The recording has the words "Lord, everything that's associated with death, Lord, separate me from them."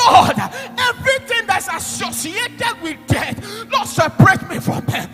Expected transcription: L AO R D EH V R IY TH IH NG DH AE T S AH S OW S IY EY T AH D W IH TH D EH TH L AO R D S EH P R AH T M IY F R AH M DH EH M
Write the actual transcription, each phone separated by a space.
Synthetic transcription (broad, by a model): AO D EH V R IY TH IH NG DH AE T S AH S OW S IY EY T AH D W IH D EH T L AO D S EH P R AH T M IY F R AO M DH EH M